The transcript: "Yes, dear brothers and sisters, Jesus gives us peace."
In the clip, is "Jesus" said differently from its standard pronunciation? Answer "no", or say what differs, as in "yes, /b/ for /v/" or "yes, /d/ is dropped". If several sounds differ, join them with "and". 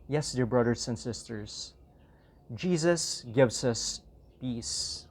no